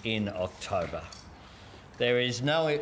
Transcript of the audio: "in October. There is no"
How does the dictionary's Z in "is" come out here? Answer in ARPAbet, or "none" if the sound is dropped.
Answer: Z